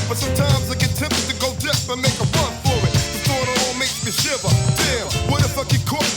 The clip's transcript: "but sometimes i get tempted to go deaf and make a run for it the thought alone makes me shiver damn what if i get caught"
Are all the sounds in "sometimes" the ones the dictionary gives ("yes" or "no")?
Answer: yes